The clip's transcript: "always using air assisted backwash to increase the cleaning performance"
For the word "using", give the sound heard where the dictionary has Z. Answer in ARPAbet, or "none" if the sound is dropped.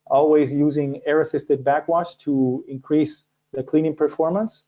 Z